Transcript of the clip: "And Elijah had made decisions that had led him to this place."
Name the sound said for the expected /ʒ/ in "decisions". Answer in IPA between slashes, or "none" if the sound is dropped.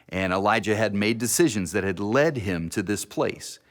/ʒ/